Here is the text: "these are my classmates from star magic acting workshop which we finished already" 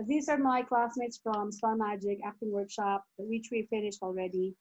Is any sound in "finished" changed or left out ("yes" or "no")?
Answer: no